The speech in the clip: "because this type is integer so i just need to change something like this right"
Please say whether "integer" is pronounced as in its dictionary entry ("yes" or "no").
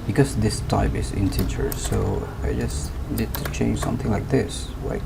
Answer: no